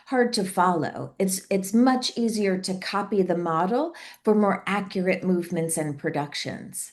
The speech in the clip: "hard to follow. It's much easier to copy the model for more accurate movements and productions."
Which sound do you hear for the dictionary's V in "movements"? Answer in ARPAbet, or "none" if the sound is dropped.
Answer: V